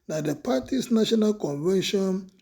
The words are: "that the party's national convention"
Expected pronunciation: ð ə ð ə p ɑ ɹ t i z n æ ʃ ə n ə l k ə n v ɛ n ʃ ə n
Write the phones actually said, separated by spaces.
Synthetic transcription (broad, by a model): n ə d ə p ɑ t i s n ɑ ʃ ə n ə l k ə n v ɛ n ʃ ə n